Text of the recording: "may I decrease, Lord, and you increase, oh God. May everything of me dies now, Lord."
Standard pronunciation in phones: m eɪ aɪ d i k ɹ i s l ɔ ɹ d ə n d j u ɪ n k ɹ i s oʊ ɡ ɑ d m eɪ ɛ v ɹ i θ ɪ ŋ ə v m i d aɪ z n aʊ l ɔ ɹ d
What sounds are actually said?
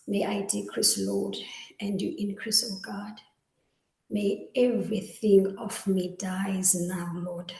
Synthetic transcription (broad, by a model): m eɪ aɪ d i k ɹ i s l ɔ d ə n d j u ɪ n k ɹ i s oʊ ɡ ɑ d m eɪ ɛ v ɹ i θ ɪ ŋ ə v m i d aɪ z n aʊ l ɔ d